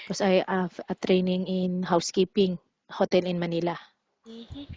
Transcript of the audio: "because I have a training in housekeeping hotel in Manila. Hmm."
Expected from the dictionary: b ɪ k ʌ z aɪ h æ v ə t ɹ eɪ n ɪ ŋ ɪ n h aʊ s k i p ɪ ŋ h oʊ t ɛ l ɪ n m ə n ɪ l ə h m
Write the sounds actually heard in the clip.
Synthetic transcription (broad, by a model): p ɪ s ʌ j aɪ ə t ɹ eɪ n ɪ ŋ ɪ n h aʊ s k i p ɪ ŋ h oʊ t ɛ l ɪ n m ə n ɪ l ə